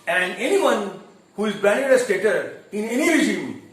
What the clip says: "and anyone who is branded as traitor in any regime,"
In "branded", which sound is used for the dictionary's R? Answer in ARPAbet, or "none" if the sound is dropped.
none